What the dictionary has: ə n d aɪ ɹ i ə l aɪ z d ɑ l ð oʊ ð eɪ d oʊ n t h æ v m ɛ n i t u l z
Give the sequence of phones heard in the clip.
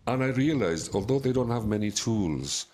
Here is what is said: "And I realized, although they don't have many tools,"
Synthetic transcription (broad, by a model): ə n aɪ ɹ i ə l aɪ z d ɑ l ð oʊ ð eɪ d oʊ n t h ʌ v m ɛ n i t u l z